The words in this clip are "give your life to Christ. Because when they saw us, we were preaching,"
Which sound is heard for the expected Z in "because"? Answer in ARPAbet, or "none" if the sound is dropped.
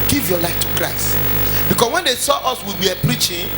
S